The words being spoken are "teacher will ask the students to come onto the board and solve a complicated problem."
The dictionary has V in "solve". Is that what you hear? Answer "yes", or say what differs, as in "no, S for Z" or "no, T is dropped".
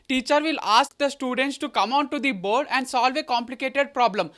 yes